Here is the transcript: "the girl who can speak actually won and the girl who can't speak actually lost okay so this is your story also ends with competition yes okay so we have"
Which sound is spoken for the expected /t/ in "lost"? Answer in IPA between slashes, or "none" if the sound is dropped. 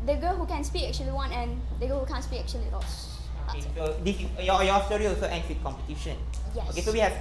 none